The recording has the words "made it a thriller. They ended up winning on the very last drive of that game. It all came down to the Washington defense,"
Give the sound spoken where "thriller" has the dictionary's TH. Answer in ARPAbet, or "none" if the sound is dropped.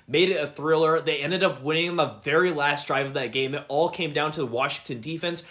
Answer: TH